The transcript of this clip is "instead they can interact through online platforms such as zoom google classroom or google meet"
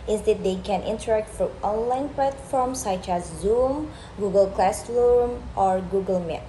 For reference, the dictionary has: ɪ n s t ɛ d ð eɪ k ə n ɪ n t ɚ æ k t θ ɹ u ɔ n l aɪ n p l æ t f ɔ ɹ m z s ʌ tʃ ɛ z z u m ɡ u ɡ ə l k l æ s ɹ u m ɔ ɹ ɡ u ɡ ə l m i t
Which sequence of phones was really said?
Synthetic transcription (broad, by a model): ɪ n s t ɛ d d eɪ k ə n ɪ n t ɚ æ k t f ɹ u ɔ n l aɪ n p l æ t f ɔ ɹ m s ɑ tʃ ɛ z z u m ɡ u ɡ ə l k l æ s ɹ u m ɔ ɹ ɡ u ɡ ə l m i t